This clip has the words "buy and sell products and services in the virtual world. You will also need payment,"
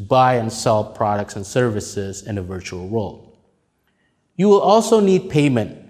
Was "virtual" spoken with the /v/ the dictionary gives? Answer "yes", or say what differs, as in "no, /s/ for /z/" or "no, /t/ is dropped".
yes